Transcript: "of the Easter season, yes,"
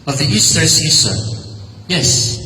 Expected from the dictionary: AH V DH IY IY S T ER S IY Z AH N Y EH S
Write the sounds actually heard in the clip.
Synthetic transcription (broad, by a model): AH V DH IY IY S T ER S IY S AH Y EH S